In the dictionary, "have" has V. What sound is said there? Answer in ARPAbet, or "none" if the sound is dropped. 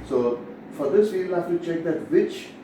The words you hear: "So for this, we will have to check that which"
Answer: F